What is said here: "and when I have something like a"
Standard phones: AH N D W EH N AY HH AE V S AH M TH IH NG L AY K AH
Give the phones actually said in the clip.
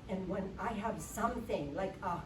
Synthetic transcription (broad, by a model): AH N W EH N AY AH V S AH M TH IH NG L AY K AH